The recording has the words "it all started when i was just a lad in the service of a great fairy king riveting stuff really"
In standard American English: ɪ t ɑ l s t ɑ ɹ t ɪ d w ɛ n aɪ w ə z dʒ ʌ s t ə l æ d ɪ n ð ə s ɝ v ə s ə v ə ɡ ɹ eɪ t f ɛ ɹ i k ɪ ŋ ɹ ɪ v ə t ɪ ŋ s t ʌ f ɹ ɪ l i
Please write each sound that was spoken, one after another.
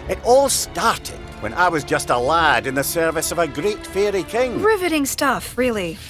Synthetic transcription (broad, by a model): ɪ t ɑ l s t ɑ ɹ t ɪ d w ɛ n aɪ w ə z dʒ ʌ s t ə l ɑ d ɪ n ð ə s ɝ v ə s ə v ə ɡ ɹ eɪ t f ɛ ɹ i k ɪ ŋ ɹ ɪ v ə t ɪ ŋ s t ʌ f ɹ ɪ l i